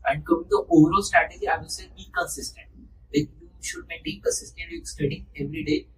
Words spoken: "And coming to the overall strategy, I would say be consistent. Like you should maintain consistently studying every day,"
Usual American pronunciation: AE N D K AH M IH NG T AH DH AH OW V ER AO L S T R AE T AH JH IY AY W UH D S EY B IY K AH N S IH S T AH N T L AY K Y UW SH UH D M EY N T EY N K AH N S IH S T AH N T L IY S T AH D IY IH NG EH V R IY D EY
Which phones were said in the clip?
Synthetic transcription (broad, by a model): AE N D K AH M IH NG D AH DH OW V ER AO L S T R AE T AH JH IY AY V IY S EY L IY K AH N S IH S T AH N T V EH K Y UW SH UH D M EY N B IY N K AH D S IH S T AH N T IY S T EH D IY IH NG EH V R IY D EY